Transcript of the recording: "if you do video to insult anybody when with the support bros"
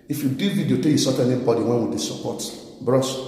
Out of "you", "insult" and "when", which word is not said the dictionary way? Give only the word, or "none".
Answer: insult